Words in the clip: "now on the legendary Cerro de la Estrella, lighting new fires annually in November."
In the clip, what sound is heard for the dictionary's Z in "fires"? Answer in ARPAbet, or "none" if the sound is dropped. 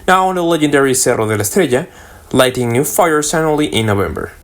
S